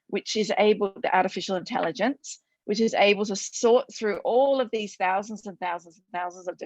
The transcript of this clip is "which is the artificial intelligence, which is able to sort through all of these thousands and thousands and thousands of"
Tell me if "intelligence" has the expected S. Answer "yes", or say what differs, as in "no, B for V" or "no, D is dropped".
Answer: yes